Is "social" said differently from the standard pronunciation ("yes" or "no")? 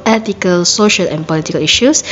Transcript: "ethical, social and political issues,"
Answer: no